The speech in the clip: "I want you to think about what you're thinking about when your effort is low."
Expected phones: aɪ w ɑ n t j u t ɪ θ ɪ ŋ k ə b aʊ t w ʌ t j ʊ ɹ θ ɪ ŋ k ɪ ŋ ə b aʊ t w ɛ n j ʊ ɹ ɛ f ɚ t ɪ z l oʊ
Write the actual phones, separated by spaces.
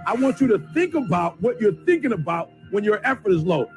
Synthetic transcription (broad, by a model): aɪ w ɑ n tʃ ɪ t ɪ θ ɪ ŋ k ə b aʊ t w ʌ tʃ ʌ ɹ θ ɪ ŋ k ɪ ŋ ə b aʊ t w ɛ n j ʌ ɹ ɛ f ɚ t ɪ z l oʊ